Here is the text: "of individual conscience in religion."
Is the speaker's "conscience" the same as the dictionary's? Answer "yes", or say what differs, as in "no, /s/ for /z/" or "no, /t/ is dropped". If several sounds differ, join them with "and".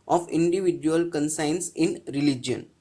no, /s/ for /ʃ/